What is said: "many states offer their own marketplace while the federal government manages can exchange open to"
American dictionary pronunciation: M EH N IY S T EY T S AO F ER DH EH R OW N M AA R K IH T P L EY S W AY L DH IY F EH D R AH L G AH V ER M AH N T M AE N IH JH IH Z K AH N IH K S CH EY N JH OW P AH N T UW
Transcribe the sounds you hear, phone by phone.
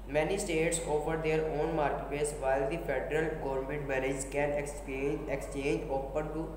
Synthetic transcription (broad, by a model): M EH N IY S T EY T S AO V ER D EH R OW N M AA R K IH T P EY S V AY L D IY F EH D R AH L G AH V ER M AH N T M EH L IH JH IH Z K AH N IH K S CH EY N JH OW P AH N T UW